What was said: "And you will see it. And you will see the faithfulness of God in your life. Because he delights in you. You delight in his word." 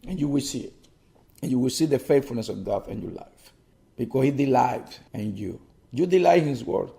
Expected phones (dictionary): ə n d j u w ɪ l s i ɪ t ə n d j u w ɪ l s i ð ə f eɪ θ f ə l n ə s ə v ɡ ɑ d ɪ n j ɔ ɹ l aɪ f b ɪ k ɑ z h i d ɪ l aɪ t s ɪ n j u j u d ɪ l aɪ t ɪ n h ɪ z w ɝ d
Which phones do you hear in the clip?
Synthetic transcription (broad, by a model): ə n j u w ɪ l s i ɪ t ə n j u w ɪ l s i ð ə f eɪ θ f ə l n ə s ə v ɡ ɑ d ɪ n j ɔ ɹ l aɪ f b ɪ k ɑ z h i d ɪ l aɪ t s ɪ n j u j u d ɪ l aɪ ɪ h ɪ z w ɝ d